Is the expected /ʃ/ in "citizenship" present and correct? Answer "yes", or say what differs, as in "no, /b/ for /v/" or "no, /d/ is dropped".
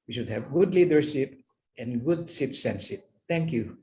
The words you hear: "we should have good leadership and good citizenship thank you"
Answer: no, /s/ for /ʃ/